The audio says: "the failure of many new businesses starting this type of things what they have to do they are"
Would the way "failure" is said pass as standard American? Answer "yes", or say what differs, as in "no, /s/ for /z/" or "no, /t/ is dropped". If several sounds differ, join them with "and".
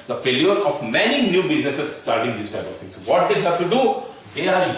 yes